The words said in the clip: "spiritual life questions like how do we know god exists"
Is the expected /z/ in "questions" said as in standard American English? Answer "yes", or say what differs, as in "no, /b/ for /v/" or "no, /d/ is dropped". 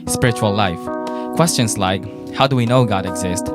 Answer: no, /s/ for /z/